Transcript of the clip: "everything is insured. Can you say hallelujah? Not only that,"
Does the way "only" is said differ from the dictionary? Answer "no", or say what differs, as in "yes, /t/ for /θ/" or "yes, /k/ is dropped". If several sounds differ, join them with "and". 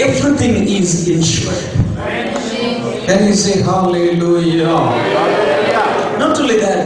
yes, /n/ is dropped